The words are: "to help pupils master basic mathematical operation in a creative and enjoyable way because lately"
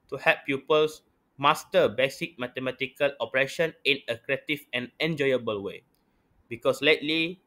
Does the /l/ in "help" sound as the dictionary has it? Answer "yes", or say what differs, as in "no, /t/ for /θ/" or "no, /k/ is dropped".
no, /l/ is dropped